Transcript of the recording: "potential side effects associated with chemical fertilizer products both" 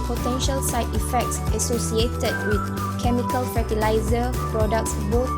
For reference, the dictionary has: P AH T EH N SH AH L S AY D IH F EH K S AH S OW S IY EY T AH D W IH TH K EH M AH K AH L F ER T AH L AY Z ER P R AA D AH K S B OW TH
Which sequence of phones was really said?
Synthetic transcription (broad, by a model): P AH T EH N SH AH L S AY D IH F EH K S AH S OW S IY EY T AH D W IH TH K EH M AH K AH L F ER T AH L AY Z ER P R AA D AH K S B OW